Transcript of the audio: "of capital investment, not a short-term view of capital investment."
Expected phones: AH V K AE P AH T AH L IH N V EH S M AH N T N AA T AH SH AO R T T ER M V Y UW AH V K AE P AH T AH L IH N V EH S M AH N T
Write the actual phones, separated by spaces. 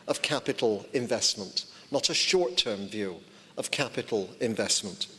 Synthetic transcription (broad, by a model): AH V K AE P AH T L IH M V EH S M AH N T N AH T AH SH AO R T T ER M V Y UW AH V K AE P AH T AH L IH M V EH S M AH N T